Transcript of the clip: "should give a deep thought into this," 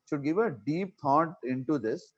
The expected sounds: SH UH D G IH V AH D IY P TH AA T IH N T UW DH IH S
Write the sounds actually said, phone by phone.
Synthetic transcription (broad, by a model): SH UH D G IH V AH D IY P T AA T IH N T UW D IH S